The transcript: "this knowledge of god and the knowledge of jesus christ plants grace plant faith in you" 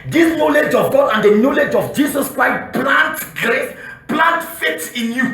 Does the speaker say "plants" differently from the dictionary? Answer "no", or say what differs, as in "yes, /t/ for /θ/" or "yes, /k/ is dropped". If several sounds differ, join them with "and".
yes, /s/ is dropped